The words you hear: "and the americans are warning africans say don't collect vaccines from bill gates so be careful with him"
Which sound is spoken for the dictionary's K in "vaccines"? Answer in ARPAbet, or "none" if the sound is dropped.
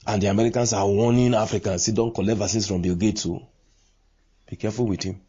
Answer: none